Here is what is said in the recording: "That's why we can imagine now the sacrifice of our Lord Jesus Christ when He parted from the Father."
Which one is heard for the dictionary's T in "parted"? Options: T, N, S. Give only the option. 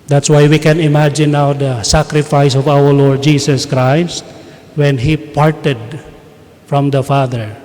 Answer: T